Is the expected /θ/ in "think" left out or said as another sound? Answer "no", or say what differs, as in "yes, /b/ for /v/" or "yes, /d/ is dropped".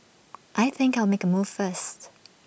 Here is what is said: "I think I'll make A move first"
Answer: no